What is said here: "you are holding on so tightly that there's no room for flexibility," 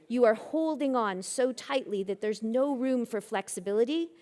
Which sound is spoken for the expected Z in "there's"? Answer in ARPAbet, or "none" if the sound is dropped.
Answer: Z